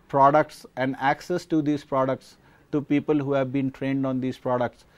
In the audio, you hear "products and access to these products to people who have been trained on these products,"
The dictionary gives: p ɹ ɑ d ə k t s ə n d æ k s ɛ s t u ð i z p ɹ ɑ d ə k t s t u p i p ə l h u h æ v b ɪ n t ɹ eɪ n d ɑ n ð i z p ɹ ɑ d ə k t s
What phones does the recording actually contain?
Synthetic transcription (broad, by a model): p ɹ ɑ d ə k t s ə n d æ k s ɛ s t u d i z p ɹ ɑ d ə k t s t u p i p ə l h u h æ v b ɪ n t ɹ eɪ n d ɑ n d i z p ɹ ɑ d ə k t s